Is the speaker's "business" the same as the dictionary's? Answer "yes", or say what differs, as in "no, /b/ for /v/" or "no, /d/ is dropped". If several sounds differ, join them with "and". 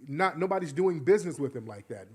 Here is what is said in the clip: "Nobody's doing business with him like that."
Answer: yes